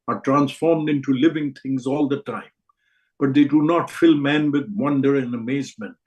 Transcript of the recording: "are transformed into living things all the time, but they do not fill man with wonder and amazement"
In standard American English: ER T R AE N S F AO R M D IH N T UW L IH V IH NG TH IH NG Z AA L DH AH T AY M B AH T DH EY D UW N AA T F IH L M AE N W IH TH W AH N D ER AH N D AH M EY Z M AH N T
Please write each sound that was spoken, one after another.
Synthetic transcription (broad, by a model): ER T R AE N S F AO R M D IH N T UW L IH V IH NG T IH NG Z AA L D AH T AY M B AH T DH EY D UW N AA T F IH L M AE N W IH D W AH N D ER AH N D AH M EY Z M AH N T